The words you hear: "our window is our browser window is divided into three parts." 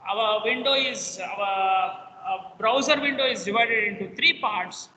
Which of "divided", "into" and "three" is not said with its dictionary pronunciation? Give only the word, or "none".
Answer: three